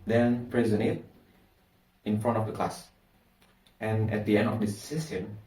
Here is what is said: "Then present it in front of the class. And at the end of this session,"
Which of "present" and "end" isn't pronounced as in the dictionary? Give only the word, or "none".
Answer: present